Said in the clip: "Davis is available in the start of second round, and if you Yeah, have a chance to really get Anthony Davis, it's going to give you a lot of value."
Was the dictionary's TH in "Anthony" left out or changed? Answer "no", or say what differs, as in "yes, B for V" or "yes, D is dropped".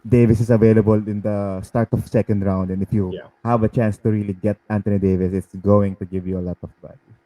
yes, T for TH